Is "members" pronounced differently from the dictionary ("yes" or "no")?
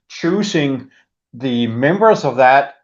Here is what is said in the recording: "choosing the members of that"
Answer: no